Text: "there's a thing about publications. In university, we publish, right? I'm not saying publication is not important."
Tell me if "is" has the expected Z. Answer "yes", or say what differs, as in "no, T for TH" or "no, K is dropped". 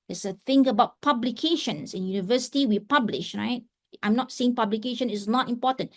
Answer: no, S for Z